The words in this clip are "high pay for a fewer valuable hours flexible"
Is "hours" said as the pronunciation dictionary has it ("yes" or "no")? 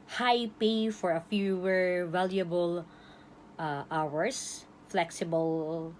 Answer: no